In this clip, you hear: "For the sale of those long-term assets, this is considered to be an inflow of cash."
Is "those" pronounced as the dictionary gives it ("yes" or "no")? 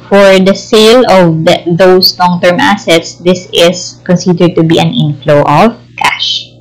no